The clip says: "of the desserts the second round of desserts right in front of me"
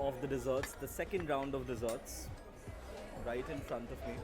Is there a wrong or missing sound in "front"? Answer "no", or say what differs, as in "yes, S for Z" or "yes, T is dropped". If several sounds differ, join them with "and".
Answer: no